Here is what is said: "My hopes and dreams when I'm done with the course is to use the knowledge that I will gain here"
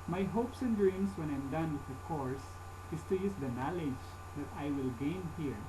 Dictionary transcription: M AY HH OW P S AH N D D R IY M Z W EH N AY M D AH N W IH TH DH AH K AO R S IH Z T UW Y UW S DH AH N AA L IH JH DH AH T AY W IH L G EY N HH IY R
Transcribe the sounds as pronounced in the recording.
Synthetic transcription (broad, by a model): M AY HH OW P S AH N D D R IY M S W EH N AY M D AH N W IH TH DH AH K AO R S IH S T UW Y UW S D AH N AA L IH JH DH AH T AY W IH L G EY N HH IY R